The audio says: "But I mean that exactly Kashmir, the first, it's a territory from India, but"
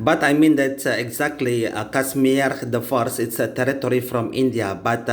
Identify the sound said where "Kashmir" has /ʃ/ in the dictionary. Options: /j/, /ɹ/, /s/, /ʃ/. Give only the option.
/s/